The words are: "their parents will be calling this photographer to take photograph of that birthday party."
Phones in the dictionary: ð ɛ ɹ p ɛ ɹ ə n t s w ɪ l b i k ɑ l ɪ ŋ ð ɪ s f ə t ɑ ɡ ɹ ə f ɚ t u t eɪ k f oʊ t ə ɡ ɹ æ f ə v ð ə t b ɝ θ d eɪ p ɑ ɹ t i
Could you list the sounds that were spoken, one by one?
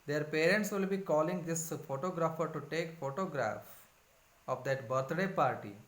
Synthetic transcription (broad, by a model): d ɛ ɹ p ɛ ɹ ə n t s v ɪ l b i k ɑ l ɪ ŋ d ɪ s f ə t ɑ ɡ ɹ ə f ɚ t u t eɪ k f oʊ t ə ɡ ɹ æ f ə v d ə t b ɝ t d eɪ p ɑ ɹ t i